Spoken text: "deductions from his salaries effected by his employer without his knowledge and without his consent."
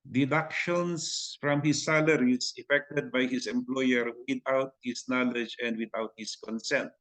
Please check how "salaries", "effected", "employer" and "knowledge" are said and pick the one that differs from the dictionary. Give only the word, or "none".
salaries